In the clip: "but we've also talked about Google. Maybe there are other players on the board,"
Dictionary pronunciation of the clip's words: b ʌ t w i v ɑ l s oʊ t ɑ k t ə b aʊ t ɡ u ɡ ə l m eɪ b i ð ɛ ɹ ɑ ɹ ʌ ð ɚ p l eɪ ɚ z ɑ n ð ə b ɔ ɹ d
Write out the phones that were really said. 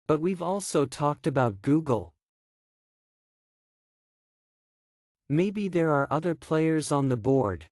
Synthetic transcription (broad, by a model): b ʌ t w i v ɑ l s oʊ t ɑ k t ə b aʊ t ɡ u ɡ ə l m eɪ b i ð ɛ ɹ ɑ ɹ ʌ ð ɚ p l eɪ ɚ z n ð ə b ɔ ɹ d